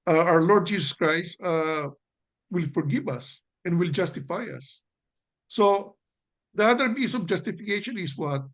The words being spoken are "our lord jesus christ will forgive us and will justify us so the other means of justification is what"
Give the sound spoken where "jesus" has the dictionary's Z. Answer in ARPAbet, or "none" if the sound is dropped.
S